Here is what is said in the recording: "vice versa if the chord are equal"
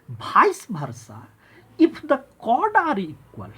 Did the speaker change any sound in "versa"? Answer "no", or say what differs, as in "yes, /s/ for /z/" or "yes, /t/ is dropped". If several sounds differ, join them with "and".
yes, /b/ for /v/